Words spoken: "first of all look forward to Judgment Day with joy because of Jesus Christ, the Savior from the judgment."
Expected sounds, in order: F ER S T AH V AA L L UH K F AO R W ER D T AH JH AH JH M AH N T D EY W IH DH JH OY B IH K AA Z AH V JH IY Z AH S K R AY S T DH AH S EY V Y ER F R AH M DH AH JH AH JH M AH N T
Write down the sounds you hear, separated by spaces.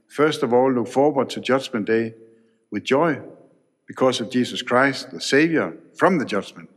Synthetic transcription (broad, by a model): F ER S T AH V AA L L UH K F AO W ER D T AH JH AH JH M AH N D EY W IH DH JH OY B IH K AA S AH V JH IY S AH S K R AY S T DH AH S EY V Y ER F R AH M DH AH JH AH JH M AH N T